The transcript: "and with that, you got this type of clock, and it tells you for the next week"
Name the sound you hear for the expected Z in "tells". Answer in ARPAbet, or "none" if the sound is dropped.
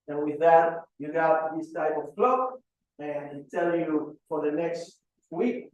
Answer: none